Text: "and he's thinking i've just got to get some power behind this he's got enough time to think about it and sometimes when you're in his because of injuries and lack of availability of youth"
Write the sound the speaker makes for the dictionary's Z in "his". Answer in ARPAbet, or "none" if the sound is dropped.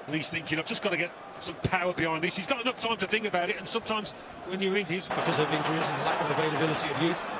Z